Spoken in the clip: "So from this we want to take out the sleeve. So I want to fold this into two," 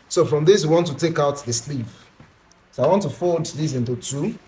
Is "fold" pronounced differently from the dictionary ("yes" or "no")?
yes